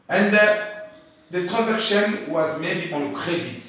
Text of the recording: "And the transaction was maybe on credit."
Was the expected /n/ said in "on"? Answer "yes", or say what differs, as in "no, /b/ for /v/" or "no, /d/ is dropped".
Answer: no, /l/ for /n/